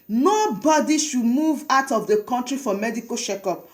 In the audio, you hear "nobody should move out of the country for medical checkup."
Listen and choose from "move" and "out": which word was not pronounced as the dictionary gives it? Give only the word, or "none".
none